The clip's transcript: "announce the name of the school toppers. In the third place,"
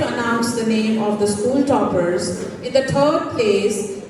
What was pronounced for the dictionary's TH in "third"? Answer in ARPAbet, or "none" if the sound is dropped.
T